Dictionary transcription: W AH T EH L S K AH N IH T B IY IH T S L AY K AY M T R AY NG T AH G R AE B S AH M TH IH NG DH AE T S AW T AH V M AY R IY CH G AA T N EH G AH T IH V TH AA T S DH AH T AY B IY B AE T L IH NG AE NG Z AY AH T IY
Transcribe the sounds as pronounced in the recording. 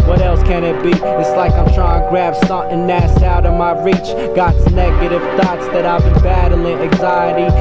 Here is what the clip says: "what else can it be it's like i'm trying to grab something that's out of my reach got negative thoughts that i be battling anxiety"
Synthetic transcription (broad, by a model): W AH T EH L S K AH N IH T B IY IH T S L AY K AY M T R AY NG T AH G R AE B S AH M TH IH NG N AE S AW T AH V M AY R IY CH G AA T N EH G AH T IH V TH AA T S DH AH T AY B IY B AE T L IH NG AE NG Z AY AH T IY